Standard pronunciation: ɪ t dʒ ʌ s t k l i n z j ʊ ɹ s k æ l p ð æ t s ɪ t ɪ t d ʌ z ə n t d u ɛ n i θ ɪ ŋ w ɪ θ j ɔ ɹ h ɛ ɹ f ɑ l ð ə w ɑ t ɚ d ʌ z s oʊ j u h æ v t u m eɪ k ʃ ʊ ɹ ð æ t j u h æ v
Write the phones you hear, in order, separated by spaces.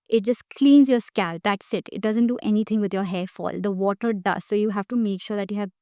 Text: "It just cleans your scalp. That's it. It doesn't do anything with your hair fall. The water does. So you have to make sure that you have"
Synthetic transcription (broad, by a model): ɪ t dʒ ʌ s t k l i n z j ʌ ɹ s k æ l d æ t s ɪ t ɪ t d ʌ z ə n t d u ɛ n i t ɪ ŋ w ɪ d j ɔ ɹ h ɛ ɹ f ɑ l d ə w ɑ t ɚ d ʌ z s oʊ j u h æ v t u m eɪ k ʃ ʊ ɹ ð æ t j u h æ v